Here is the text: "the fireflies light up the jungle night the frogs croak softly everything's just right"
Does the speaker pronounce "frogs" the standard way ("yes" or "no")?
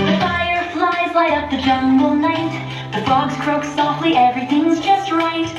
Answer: no